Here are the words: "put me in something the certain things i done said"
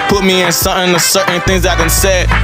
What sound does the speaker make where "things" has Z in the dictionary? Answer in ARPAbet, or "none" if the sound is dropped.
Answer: Z